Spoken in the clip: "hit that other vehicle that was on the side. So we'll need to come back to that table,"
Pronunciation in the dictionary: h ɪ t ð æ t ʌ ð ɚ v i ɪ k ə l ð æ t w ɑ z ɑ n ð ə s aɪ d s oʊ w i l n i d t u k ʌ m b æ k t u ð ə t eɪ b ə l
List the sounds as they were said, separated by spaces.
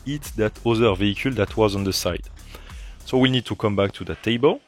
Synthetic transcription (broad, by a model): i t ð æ t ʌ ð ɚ v i ɪ k ə l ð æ t w ɑ z ɑ n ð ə s aɪ d s oʊ w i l n i d t u k ʌ m b æ k t u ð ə t eɪ b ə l